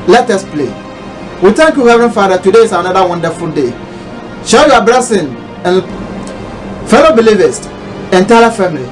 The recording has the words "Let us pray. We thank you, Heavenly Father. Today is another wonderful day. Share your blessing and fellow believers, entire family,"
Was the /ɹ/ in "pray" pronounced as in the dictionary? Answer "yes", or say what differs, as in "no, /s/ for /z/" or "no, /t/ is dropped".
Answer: no, /l/ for /ɹ/